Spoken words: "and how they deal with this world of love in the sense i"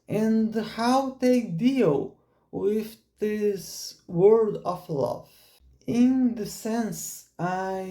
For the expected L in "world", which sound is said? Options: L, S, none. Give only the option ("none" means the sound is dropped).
none